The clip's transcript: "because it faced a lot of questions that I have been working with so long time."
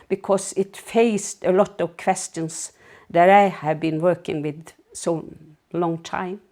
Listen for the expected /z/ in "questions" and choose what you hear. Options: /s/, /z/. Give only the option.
/s/